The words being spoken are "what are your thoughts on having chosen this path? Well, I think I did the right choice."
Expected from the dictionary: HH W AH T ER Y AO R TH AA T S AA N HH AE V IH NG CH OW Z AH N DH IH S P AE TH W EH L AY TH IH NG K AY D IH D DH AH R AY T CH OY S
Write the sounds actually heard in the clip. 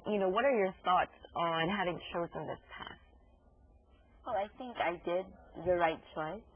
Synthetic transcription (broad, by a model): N W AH T ER Y AO R TH AA T S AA N HH AE V IH NG CH OW Z AH N DH IH S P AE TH W EH L AY TH IH NG K AY D IH D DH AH R AY T CH OY S